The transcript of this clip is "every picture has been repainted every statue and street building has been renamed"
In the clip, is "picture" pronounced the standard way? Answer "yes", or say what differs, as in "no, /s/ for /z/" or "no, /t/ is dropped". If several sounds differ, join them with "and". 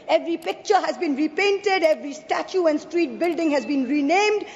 yes